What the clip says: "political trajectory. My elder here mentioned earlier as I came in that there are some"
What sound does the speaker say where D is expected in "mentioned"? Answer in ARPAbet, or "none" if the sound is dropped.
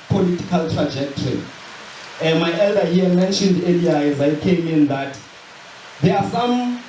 D